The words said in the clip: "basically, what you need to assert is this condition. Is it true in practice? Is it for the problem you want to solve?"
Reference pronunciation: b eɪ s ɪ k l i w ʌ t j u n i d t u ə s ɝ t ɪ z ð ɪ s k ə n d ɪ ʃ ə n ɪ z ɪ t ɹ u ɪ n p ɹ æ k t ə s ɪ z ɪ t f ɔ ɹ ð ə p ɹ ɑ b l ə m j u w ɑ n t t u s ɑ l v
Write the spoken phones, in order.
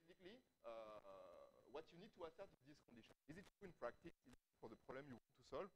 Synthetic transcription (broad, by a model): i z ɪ k l i w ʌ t j u n i d t u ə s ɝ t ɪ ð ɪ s k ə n d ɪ ʃ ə n ɪ z ɪ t u ɪ n p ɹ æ k t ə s ɪ z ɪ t f ɔ ɹ ð ə p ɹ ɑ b l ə m j u w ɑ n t t u s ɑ l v